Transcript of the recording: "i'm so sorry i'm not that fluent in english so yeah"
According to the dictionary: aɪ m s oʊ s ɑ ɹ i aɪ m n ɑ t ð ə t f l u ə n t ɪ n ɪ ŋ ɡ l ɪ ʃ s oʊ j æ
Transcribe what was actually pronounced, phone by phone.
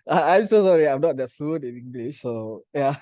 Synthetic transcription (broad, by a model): aɪ m s oʊ s ɑ ɹ i aɪ m n ɑ t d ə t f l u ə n ɪ n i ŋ ɡ l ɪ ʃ s oʊ j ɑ